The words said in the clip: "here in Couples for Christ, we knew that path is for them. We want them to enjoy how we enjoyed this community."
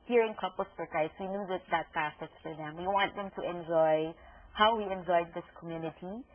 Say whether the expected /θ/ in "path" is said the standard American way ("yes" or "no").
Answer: no